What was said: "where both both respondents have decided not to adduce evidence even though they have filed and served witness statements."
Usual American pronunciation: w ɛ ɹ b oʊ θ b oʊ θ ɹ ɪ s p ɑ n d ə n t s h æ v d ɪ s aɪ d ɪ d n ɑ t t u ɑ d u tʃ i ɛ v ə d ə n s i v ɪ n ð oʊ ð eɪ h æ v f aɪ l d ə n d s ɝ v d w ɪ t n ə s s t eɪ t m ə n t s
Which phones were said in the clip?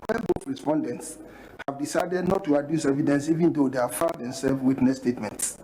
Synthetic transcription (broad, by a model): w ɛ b b oʊ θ ɹ ɪ s p ɑ n d ə n t s h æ v d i s aɪ d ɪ d n ɑ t t u ɑ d u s ɛ v ə d ə n s i v ɪ n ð oʊ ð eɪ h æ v f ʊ n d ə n s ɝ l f w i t n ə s s t eɪ t m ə n t s